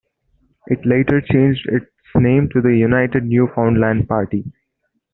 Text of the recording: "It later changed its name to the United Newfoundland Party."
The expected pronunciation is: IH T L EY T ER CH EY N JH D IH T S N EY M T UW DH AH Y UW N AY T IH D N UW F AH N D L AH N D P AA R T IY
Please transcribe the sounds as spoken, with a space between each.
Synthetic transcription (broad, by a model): IH T L EY T ER CH EY N JH D IH T S N EY M T UW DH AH Y UW N AY T IH D N UW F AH N D L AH N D P AA R T IY